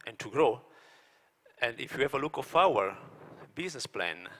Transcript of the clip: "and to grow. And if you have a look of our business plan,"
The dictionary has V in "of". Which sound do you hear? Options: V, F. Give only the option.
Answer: F